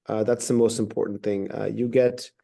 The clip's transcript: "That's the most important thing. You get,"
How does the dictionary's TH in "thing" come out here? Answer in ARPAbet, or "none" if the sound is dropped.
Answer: TH